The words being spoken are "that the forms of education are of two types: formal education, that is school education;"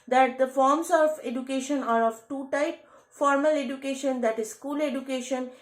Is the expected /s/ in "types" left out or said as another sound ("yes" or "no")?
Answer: yes